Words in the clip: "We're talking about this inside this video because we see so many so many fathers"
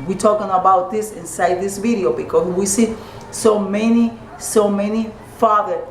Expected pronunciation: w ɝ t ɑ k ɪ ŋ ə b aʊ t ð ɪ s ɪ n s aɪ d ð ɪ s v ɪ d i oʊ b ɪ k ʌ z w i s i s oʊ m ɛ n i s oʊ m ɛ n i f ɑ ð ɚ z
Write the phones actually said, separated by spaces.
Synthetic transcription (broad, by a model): w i t ɑ k ɪ ŋ ə b aʊ t ð ɪ s ɪ n s aɪ d ð ɪ s v ɪ d i oʊ b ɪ k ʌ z w i s i s oʊ m ɛ n i s oʊ m ɛ n i f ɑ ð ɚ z